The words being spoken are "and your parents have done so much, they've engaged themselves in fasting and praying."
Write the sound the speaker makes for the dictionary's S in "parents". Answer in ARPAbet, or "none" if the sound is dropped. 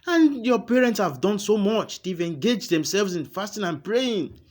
S